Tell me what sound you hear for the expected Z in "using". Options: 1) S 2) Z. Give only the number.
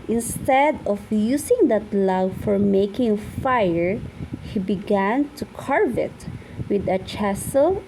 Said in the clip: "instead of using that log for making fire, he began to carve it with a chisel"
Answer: 1